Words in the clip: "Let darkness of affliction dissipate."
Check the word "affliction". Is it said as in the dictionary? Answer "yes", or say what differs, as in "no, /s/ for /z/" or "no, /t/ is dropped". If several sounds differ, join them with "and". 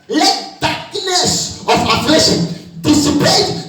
no, /k/ is dropped